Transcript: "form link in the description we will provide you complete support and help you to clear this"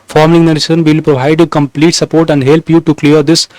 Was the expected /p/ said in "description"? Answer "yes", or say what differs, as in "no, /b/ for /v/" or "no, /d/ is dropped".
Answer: no, /p/ is dropped